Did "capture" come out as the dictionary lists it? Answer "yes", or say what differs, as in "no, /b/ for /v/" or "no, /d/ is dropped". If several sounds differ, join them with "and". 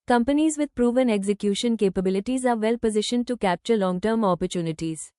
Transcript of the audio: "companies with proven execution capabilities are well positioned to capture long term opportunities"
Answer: yes